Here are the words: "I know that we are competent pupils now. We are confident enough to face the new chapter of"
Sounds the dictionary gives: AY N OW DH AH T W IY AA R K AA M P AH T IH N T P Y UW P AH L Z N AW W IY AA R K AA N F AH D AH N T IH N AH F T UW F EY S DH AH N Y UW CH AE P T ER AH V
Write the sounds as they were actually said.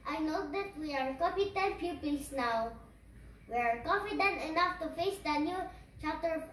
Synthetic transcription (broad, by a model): AY N OW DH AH T W IY AA R K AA P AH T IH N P Y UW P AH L S N AW W IY AA R K AA N F AH D AH N T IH N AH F T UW F EY S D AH N Y UW CH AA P T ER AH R